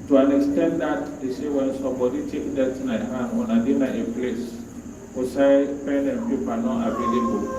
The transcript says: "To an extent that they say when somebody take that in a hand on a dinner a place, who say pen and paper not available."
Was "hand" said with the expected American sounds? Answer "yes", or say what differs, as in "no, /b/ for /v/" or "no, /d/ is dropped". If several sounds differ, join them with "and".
no, /d/ is dropped